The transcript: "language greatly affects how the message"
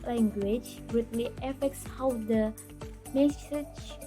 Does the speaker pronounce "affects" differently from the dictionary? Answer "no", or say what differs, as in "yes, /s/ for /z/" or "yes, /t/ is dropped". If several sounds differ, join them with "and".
no